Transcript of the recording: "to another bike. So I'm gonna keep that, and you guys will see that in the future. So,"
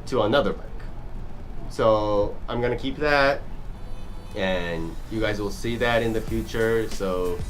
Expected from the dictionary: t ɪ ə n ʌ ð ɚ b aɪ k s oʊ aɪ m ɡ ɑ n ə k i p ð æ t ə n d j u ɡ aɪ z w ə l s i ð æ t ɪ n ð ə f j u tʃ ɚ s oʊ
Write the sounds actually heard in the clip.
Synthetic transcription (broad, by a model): t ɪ ə n ʌ ð ɚ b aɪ k s oʊ aɪ m ɡ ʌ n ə k i p ð æ t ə n j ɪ ɡ aɪ z w ə l s i ð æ t ɪ n ð ə f j u tʃ ɚ s oʊ